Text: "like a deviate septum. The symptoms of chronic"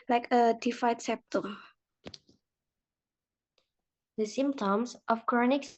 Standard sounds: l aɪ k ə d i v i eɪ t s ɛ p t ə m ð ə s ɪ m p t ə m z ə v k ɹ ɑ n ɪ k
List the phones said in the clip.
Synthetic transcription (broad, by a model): l aɪ k ə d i f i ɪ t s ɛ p t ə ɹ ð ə s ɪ m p t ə m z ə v k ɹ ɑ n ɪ k